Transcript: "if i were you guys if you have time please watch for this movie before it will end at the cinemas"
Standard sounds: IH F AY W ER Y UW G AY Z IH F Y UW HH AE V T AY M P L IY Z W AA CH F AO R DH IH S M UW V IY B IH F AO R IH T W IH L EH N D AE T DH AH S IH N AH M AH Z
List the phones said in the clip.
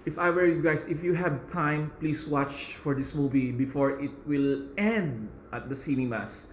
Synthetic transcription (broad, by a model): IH F AY W ER Y UW G AY S IH F Y UW HH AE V T AY M P L IY S W AA CH F AO R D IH S M UW V IY B IH F AO R IH T W IH L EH N D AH T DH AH S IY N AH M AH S